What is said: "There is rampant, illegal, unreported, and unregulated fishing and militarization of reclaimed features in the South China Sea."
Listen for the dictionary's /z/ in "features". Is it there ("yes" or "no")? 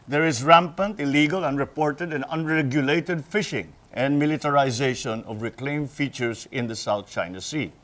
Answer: no